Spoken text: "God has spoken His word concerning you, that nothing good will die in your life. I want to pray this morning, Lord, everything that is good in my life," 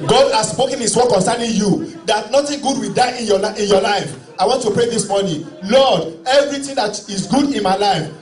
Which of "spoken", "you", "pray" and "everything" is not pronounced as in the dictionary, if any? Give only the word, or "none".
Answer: everything